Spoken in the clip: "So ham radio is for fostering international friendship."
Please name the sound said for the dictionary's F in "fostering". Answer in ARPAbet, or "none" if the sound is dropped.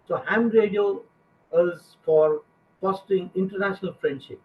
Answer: P